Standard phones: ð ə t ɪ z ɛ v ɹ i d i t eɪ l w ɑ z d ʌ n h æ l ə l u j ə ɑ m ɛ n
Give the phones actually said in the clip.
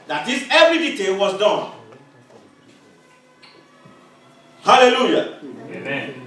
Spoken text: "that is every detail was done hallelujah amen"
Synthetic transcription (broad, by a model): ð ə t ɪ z ɛ v ɹ i d i t eɪ l w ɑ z d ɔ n h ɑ l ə l u j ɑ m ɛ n